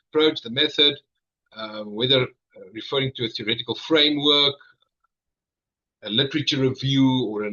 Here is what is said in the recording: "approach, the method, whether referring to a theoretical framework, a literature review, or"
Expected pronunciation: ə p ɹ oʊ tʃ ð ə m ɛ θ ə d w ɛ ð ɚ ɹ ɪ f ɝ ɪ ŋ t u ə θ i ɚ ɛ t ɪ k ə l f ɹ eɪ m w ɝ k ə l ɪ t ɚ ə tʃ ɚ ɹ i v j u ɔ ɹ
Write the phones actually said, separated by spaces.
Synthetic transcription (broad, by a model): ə p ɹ oʊ tʃ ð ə m ɛ θ ə d w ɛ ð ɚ ɹ ɪ f ɝ ɪ ŋ t u ə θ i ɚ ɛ t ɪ k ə l f ɹ eɪ m w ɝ k ə l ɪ t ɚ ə tʃ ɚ ɹ i v j u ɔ ɹ